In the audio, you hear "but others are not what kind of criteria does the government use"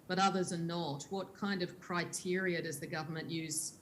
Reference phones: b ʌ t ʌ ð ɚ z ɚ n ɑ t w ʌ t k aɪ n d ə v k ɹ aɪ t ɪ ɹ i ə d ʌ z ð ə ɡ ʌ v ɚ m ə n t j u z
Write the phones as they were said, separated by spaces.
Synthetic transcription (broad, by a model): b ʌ t ʌ ð ɚ z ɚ n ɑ t w ʌ t k aɪ n d ə v k ɹ aɪ t ɪ ɹ i ə d ʌ z ð ə ɡ ʌ v ɚ m ə n t j u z